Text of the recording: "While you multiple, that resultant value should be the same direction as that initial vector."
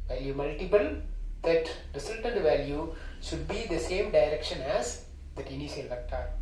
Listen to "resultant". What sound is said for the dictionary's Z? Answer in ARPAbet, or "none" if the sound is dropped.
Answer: S